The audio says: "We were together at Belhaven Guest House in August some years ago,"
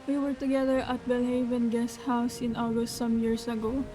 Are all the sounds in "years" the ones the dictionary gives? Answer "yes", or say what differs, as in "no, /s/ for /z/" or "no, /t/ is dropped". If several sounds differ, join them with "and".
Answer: no, /s/ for /z/